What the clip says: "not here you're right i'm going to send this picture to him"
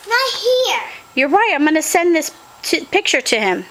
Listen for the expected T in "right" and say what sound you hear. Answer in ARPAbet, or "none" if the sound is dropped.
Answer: T